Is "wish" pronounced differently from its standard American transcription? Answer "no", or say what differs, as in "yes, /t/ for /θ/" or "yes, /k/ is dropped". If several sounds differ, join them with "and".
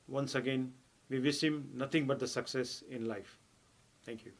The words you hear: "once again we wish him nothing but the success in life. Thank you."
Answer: yes, /s/ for /ʃ/